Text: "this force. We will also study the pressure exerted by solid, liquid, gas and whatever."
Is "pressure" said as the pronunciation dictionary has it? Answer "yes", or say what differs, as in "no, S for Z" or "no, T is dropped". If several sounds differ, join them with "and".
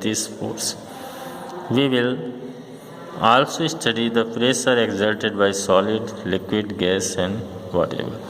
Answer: no, S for SH